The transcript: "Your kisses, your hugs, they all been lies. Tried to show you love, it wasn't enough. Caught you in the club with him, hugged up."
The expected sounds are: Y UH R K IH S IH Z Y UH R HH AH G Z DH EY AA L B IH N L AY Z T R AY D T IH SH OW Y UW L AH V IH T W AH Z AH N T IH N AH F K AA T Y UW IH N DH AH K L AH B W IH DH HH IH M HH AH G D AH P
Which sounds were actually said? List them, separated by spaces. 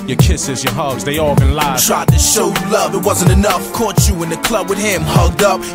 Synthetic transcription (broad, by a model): Y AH R K IH S IH Z Y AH R HH AH G Z DH EY AA L B IH N L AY T R AY D T IH SH OW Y L AH V IH T W AH Z AH N T IH N AH F K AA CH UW IH N DH AH K L AH B W IH DH HH IH M HH AH G D AH P